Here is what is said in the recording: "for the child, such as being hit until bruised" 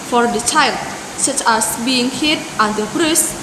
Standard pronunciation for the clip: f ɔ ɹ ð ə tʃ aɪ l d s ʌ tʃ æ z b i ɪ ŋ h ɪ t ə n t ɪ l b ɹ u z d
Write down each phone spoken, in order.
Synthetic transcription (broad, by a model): f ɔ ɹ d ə tʃ aɪ l d s ʌ tʃ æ s b i ɪ ŋ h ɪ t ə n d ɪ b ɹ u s